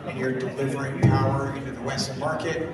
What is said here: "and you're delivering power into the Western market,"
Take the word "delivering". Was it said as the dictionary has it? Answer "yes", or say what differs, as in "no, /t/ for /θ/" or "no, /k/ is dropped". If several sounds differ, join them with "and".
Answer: yes